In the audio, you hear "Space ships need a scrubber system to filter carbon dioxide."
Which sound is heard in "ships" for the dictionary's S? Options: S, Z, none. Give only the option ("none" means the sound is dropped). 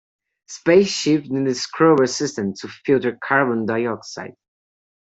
none